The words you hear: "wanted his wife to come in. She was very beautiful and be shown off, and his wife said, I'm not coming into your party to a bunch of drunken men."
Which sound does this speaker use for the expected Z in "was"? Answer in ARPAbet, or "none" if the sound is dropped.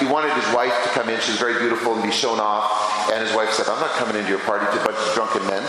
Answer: Z